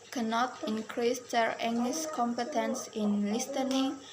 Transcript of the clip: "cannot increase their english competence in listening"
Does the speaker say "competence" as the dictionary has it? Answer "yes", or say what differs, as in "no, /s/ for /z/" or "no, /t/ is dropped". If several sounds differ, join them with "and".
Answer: yes